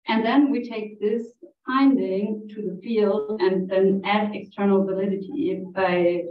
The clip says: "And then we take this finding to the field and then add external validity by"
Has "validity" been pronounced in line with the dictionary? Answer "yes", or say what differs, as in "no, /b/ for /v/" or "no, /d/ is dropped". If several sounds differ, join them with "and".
yes